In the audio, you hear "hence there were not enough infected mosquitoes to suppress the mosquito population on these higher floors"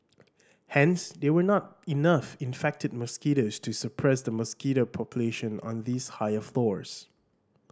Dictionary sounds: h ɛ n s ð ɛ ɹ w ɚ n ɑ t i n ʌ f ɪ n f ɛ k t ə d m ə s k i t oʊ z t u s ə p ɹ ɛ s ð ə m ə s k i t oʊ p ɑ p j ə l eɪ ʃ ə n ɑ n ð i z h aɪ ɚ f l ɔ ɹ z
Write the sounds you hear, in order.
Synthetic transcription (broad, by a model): h ɛ n s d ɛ w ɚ n ɑ t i n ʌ f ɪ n f ɛ k t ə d m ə s k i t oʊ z t u s ə p ɹ ɛ s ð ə m ə s k i t oʊ p ɑ p j ə l eɪ ʃ ə n ɑ n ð i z h aɪ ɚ f l ɔ ɹ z